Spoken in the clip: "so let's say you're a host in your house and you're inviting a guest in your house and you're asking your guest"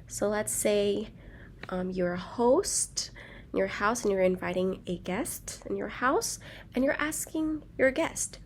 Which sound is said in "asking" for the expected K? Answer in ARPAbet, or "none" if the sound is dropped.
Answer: K